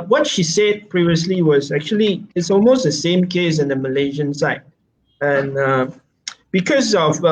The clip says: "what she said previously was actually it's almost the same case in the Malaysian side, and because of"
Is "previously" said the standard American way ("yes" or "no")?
yes